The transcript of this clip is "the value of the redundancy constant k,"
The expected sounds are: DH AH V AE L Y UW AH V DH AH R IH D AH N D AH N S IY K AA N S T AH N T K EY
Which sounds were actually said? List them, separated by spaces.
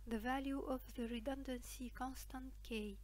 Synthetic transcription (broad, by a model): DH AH V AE L Y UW AH V DH AH R IH D AH N D AH N S IY K AA N S T AH N T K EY